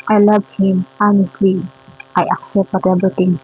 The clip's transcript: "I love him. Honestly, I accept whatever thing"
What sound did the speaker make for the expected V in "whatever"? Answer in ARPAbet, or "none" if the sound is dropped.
B